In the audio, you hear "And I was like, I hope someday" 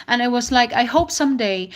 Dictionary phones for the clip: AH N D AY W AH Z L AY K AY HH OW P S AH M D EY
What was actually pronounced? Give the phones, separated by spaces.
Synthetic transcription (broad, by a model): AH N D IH W AH Z L AY K AY HH OW P S AH M D EY